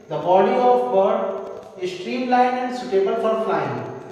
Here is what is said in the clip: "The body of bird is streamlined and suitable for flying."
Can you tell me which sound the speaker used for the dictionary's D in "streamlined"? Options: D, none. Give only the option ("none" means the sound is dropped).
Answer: none